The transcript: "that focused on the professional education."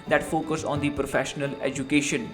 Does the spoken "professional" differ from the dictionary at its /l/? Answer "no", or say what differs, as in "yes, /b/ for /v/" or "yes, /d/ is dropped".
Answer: no